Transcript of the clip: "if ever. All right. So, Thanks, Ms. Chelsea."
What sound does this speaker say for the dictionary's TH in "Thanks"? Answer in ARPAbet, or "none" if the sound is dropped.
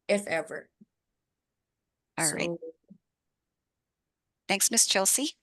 TH